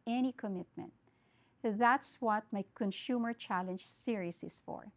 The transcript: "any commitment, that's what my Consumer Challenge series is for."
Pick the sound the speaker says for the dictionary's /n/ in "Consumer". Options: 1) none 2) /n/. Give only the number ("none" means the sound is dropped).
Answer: 2